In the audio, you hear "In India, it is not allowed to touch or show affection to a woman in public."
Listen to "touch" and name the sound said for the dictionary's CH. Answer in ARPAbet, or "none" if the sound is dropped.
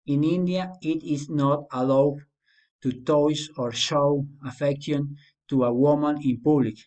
S